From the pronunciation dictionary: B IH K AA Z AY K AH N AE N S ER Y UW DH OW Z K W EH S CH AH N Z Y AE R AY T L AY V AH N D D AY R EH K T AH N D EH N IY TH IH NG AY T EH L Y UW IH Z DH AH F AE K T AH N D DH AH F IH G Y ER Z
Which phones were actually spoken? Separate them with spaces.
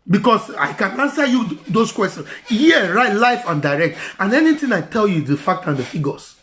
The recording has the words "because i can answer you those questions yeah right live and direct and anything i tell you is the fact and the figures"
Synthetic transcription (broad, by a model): B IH K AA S AY K AH N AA N S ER Y UW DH OW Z K W EH S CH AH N Y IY R AY T L AY F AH N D D AY R EH K T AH N EH N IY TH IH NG AY T EH L Y UW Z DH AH F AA K T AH N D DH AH F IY G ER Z